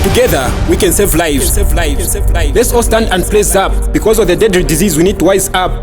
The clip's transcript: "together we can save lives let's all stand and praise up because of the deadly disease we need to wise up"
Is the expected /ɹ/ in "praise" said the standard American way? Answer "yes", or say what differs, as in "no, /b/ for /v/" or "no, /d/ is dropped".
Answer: no, /l/ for /ɹ/